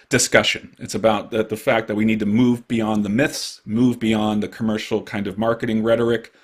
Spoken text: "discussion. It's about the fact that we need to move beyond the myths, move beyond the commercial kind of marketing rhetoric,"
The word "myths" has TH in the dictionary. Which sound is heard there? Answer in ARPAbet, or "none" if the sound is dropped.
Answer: TH